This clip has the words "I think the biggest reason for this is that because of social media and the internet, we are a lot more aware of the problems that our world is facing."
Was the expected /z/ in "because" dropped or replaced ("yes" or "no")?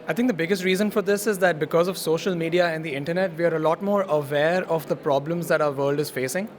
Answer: no